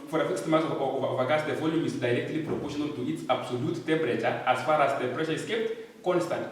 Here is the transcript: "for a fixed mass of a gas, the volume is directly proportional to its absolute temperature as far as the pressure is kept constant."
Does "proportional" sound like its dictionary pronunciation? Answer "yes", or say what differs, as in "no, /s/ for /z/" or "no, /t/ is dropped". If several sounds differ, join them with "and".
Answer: no, /n/ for /l/